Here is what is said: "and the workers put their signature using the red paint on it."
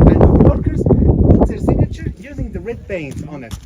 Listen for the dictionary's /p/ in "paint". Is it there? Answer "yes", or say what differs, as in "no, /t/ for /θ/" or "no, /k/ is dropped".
no, /b/ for /p/